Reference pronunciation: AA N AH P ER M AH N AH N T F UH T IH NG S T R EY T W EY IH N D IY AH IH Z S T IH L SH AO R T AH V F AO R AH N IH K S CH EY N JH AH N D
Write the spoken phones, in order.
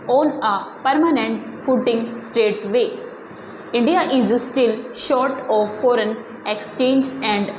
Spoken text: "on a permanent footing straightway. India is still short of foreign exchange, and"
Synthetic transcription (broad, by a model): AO N AH P ER M AH N AH N T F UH T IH NG S T R EY T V EY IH N D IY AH IH Z S T IH L SH AO R T AH V F AO R AH N IH K S CH EY N JH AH N D